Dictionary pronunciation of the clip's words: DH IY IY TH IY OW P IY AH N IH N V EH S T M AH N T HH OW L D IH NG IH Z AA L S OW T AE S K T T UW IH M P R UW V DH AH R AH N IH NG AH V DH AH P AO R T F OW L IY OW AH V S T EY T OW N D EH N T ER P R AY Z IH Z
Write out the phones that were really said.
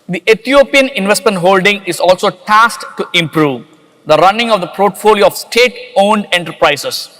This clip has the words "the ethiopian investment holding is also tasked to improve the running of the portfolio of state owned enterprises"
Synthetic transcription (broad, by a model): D IY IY T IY OW P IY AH N IH N V EH S T M AH N T HH OW L D IH NG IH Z AA L S OW T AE S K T T UW IH M P R UW V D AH R AH N IH NG AH V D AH P AO R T F OW L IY OW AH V S T EY T OW N D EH N T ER P R AY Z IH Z